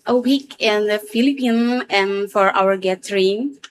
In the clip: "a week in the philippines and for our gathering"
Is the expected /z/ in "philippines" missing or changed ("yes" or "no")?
yes